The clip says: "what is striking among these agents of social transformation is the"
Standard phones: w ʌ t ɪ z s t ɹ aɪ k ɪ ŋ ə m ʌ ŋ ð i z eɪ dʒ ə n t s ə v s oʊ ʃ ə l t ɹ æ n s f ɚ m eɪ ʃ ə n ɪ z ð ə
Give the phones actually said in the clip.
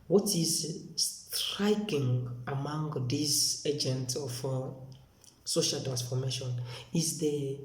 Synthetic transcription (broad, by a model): w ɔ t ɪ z s t ɹ aɪ k ɪ ŋ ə m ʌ ŋ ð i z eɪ dʒ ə n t ə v s oʊ ʃ ə l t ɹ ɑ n s f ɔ m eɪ ʃ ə n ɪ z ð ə